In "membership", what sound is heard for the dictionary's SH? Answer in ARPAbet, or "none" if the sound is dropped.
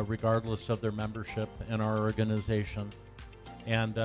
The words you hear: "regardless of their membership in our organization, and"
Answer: SH